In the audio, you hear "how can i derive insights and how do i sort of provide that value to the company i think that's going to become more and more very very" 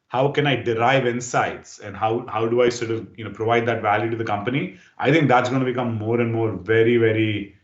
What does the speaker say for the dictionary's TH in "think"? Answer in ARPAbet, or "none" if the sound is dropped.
T